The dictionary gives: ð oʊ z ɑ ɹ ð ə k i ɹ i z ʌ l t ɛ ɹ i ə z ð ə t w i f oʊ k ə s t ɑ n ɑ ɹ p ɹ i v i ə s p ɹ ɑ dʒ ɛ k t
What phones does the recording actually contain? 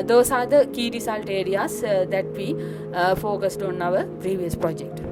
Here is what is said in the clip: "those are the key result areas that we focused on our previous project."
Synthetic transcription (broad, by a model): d oʊ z ɑ ɹ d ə k i ɹ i s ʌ l t ɛ ɹ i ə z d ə t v i f oʊ k ə s t ɑ n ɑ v p ɹ i v i ə s p ɹ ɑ dʒ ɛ k t